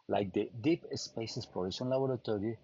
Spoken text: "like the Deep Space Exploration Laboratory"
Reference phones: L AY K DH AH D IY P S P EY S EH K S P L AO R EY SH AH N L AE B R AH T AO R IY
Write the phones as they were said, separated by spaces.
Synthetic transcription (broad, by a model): L AY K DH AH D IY P S P EY S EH S P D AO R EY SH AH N L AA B R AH T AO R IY